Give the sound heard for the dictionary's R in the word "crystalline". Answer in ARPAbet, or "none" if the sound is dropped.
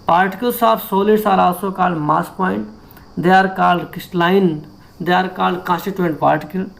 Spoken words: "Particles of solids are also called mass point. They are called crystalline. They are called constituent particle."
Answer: none